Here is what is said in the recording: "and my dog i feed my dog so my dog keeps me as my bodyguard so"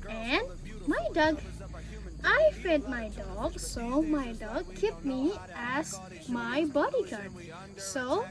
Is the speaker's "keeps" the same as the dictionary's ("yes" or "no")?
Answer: no